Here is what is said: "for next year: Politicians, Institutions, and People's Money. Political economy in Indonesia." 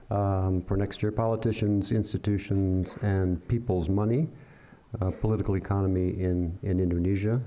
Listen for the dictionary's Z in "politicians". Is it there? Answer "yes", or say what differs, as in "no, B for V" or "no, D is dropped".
yes